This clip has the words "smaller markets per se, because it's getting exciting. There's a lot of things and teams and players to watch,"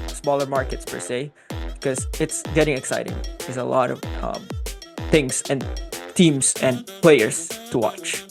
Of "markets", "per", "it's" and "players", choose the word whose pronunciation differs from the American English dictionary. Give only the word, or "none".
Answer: players